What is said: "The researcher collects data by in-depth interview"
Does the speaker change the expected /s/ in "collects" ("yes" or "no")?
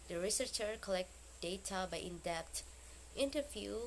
yes